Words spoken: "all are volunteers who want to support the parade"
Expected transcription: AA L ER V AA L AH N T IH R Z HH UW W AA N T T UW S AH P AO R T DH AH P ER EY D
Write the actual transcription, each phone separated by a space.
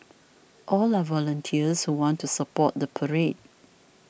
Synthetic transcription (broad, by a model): AA L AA V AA L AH N T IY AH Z HH UW W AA N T T UW S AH P AO T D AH P ER EY D